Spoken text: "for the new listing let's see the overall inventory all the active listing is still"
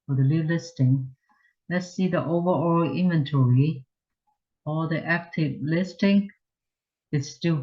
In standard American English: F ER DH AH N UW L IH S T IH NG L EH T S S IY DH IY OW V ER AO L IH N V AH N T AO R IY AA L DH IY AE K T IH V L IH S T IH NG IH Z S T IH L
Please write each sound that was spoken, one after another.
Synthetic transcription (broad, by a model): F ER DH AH L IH L IH S T IH NG L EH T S S IY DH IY OW V ER AO L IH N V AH N T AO R IY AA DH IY AE K T IH V L IH S T IH NG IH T S T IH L